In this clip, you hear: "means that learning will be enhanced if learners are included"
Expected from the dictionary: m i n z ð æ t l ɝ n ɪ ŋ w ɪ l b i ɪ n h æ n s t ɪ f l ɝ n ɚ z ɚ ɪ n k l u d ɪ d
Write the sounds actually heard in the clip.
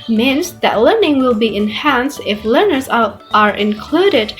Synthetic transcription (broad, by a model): m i n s ð æ t l ɝ n ɪ ŋ w ɪ l b i ɪ n h æ n s t ɪ f l ɝ n ɚ z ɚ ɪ n k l u d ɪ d